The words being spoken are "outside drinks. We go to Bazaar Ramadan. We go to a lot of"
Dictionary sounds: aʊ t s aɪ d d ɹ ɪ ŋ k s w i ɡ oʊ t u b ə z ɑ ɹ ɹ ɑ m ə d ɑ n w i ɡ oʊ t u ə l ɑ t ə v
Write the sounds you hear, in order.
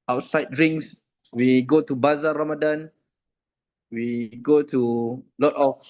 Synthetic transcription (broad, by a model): aʊ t s aɪ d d ɹ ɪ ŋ s w i ɡ oʊ t u b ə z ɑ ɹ ɹ ɑ m ə d ɑ n w i ɡ oʊ t u l ɑ t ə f